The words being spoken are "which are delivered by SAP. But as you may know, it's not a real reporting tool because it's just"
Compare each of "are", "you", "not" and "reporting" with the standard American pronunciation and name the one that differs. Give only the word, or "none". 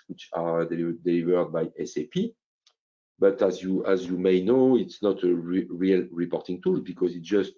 are